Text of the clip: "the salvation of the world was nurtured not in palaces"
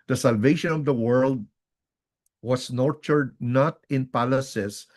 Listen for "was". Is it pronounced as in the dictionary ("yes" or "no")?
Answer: no